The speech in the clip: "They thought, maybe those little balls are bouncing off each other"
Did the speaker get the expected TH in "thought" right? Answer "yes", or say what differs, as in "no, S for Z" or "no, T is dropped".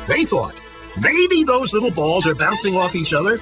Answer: yes